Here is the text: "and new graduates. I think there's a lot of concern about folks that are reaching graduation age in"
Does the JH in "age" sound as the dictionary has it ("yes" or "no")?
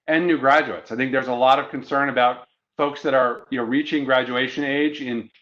yes